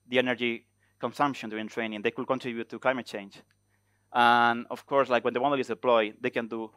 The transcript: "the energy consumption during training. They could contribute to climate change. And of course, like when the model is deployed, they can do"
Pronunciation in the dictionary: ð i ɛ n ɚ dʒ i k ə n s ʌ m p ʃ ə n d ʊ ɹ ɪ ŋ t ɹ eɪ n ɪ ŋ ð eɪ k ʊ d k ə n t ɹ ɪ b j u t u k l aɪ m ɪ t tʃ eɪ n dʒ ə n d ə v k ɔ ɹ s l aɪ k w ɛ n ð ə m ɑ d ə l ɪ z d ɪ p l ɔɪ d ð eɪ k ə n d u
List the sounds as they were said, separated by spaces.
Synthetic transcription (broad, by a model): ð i ɛ n ɚ dʒ i k ə n s ʌ m p ʃ ə n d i ɪ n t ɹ eɪ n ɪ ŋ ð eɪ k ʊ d k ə n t ɹ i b j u t u k l aɪ m ɪ t tʃ eɪ n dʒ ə n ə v k ɔ ɹ s l aɪ k w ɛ n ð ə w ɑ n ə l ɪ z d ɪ p l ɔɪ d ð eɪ k ə n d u